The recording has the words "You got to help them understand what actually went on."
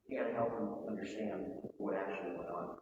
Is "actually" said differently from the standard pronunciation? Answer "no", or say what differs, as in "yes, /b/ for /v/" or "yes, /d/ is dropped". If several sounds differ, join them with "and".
no